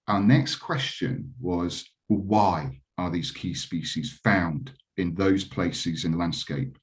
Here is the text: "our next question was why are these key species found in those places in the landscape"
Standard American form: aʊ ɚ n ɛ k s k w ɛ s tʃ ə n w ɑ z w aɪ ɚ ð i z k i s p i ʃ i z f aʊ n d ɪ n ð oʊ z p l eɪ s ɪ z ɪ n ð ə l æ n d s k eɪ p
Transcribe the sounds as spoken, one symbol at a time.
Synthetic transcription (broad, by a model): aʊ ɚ n ɛ k s k w ɛ s tʃ ə n w ɑ z w aɪ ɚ ð i z k i s p i ʃ i z f aʊ n d ɪ n ð oʊ z p l eɪ s ɪ z ɪ n ð ə l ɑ n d s k eɪ p